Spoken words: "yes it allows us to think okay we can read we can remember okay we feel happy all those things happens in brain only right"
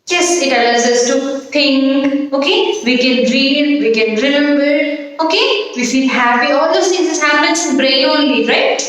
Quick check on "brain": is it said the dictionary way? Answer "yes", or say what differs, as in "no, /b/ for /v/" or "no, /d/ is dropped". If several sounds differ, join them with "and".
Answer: no, /n/ is dropped